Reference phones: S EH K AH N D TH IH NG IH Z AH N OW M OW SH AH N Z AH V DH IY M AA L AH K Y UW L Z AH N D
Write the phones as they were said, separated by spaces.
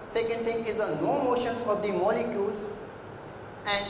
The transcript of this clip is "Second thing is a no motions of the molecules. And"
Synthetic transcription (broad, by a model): S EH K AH N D T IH NG IH Z AH N OW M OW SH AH N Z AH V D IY M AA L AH K Y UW L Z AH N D